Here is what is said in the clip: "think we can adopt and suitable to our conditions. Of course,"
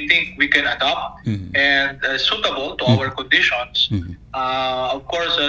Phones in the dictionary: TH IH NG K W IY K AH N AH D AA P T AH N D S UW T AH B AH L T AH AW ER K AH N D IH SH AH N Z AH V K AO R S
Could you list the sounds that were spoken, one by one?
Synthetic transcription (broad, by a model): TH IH NG K W IY K AH N AH D AA P T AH N D S UW T AH B AH L T AH AW ER K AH N D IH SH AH N S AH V K AO R S